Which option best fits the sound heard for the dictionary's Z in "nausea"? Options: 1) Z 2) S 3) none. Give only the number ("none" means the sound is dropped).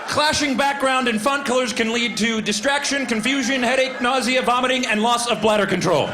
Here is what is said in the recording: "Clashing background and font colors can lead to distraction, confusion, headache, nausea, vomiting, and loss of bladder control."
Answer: 1